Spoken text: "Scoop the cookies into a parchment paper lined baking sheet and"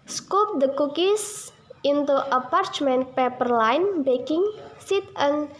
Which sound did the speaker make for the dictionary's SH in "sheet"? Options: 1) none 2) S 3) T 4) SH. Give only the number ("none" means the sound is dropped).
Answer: 2